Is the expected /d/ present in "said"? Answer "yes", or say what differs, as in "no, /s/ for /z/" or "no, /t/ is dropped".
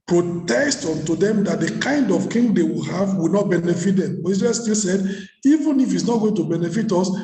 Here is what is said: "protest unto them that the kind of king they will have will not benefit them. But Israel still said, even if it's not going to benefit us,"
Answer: yes